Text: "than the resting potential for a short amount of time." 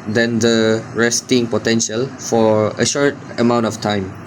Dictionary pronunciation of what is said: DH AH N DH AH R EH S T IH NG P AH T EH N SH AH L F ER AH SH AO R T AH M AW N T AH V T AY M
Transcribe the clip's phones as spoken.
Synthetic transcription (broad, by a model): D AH N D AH R EH S T IH NG P AH T EH N SH AH L F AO AH SH AO R T AH M AW N T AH F T AY M